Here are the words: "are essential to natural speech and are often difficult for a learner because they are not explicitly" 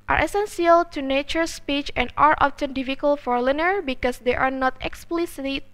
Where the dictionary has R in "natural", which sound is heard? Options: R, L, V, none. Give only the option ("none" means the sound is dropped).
none